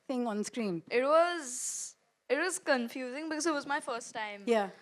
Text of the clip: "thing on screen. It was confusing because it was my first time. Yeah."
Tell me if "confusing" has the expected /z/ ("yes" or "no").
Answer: yes